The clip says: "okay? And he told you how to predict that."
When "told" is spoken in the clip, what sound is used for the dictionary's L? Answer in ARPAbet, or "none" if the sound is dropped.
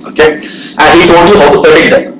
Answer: N